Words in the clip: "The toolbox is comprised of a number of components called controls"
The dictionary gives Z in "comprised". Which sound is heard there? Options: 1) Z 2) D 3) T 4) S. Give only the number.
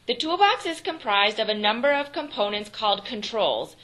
1